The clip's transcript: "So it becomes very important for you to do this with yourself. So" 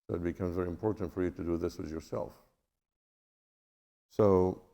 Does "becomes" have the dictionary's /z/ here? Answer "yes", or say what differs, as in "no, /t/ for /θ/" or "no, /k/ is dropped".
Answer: yes